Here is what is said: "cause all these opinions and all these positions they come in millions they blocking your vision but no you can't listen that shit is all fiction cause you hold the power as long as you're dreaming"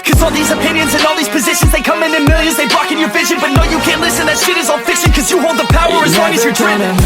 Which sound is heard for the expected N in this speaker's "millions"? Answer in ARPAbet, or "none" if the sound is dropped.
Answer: none